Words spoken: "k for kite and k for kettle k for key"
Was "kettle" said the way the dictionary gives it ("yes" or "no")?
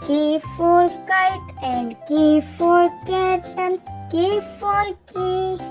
no